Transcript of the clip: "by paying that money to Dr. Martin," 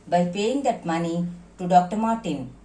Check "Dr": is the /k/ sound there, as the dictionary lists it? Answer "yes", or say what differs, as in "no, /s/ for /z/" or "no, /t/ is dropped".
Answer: yes